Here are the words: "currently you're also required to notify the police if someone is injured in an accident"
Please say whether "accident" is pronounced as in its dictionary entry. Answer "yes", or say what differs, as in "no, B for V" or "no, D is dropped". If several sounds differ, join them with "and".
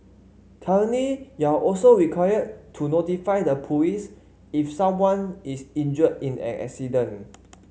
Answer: no, T is dropped